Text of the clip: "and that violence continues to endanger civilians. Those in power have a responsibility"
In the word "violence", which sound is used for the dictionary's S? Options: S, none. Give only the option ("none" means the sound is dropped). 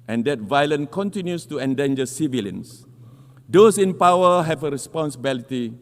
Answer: none